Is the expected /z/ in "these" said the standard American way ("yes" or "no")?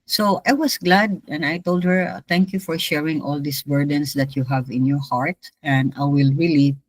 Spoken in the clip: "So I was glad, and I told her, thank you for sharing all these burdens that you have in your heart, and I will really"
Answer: no